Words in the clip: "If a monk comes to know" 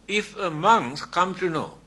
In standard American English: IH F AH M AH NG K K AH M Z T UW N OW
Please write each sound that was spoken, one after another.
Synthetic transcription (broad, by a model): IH F AH M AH NG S K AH M T UW N OW